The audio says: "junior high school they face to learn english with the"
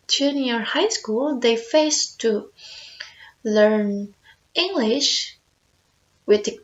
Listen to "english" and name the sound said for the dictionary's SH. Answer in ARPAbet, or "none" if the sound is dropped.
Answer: SH